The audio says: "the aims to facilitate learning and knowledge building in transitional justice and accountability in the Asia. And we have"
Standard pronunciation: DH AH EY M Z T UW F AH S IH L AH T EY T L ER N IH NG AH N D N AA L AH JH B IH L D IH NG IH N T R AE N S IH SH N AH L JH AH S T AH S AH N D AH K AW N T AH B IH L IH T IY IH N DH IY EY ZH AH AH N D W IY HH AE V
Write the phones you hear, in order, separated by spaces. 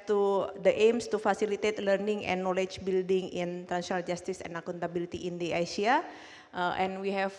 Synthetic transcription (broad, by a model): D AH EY M S T UW F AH S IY L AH T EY T L ER N IH NG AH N N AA L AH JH B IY L D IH NG IH N T R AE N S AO N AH L JH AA S T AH S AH N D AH K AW N T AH B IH L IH T IY IH N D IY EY S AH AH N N W IY HH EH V